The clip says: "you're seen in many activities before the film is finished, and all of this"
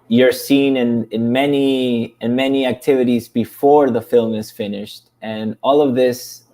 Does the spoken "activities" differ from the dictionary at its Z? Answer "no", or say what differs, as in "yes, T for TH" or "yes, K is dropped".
no